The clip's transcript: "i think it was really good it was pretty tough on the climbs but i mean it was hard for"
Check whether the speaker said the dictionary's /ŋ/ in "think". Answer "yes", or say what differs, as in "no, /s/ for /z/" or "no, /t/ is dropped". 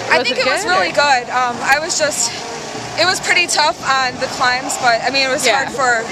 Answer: no, /ŋ/ is dropped